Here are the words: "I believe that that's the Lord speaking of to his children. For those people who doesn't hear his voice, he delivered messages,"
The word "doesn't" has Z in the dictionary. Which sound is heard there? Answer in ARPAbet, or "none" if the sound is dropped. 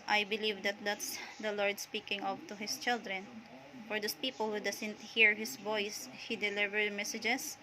S